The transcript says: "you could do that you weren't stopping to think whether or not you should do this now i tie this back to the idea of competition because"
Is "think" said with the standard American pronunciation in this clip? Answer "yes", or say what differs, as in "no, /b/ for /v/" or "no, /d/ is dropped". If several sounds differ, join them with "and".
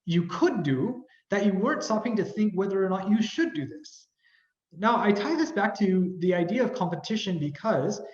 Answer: yes